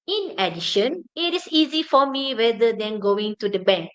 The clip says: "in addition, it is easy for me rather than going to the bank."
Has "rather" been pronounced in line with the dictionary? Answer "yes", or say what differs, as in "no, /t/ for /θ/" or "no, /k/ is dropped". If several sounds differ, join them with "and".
no, /w/ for /ɹ/